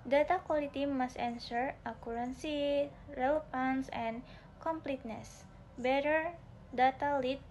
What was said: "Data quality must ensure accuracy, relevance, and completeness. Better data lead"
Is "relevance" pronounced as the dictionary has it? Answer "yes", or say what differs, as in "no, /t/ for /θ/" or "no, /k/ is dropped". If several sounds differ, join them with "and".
no, /f/ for /v/